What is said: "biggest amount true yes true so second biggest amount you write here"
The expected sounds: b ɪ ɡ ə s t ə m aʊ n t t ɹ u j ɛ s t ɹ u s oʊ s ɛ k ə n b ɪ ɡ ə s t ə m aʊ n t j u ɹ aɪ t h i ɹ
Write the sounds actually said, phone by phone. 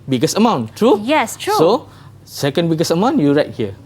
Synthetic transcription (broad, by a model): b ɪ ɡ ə s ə m aʊ n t t ɹ u j ɛ s t ɹ u s oʊ s ɛ k ə n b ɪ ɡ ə s ə m aʊ n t j u ɹ aɪ t h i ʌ